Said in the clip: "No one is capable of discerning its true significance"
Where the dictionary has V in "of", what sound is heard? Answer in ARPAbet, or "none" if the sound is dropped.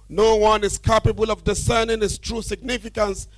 V